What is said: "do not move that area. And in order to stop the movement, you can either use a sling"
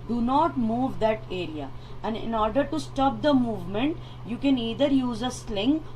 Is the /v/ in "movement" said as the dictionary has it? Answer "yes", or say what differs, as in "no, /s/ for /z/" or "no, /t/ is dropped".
yes